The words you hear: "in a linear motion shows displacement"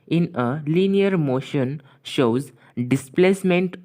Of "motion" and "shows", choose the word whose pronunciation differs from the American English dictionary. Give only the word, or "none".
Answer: none